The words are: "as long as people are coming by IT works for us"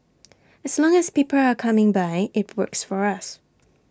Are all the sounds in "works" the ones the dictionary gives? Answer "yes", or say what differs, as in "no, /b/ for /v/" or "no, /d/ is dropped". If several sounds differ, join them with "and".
yes